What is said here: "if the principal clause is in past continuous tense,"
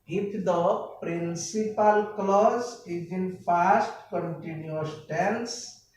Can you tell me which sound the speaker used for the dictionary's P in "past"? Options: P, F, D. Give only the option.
F